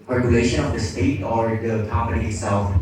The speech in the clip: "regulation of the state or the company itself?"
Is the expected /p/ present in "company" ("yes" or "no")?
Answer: yes